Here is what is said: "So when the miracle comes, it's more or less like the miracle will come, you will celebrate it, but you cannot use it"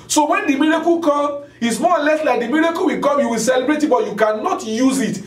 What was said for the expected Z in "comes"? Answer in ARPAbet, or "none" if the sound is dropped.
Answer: none